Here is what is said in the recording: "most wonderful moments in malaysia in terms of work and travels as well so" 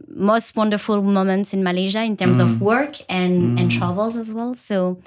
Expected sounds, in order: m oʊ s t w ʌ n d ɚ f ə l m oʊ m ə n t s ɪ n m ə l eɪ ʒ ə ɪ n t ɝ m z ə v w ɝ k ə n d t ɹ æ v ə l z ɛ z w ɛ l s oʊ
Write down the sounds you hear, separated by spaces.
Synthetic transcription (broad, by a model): m oʊ s t w ʌ n d ɚ f ə l m oʊ m ə n t s ɪ n m ə l eɪ ʒ ə ɪ n t ɝ m z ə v w ɝ k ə n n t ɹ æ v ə l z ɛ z w ɛ l s oʊ